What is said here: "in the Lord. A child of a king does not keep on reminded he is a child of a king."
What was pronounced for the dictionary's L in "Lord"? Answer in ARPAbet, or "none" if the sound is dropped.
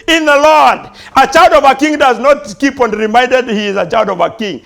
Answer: L